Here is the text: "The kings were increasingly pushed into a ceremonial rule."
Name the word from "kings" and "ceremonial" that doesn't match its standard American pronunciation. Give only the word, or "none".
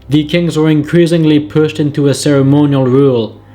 none